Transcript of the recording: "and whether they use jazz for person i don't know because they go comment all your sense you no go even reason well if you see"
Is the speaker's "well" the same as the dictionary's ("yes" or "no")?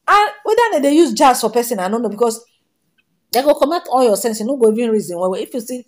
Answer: no